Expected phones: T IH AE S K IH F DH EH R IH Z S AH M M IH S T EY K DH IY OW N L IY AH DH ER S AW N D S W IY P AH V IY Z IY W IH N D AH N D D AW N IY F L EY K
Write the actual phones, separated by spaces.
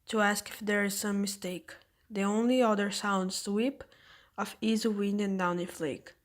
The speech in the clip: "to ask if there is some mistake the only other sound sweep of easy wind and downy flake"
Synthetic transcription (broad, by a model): T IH AE S K IH F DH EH R IH Z S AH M M IH S T EY K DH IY OW N L IY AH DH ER S AW N D S W IY P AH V IY Z IY W IH N D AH N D D AW N IY F L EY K